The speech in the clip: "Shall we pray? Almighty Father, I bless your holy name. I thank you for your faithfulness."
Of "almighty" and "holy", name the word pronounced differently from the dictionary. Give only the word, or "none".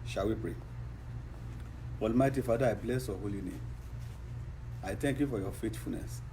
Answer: none